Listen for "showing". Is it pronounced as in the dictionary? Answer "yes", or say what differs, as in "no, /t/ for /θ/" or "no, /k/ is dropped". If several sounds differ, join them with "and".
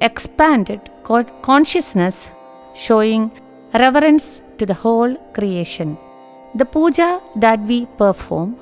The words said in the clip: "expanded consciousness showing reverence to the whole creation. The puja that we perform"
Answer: yes